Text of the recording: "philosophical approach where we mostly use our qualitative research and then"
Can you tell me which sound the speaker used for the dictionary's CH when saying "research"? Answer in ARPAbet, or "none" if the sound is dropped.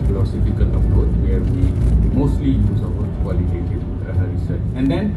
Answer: S